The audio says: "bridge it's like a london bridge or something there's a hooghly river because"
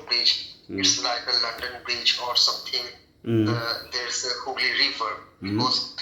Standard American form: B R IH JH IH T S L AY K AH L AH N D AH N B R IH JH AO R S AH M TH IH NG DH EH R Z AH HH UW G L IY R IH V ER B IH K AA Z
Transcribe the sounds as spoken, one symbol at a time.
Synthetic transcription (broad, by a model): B R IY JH IH T S L AY K AH L AH N D AH N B R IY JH AO R S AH M T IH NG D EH R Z AH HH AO L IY R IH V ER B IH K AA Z